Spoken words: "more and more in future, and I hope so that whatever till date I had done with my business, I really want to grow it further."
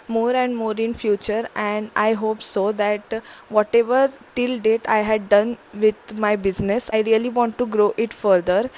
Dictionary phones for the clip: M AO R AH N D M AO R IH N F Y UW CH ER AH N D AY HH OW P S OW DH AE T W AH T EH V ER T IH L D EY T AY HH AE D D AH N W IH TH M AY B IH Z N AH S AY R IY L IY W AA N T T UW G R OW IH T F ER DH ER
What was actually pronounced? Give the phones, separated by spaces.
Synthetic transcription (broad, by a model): M AO R AH N D M AO R IH N F Y UW CH ER AH N D AY HH OW P S OW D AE T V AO T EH V ER T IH L D EY T AY HH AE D D AH N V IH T M AY B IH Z N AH S AY R IY L IY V AA N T T UW G R OW IH T F ER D ER